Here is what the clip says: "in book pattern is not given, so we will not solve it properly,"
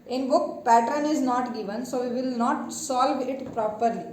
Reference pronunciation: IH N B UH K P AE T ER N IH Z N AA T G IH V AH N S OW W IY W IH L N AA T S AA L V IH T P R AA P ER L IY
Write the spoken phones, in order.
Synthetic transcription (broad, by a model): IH N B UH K P AE T ER N IH Z N AA T G IH V AH N S OW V IY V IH L N AA T S AA L V IH T P R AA P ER L IY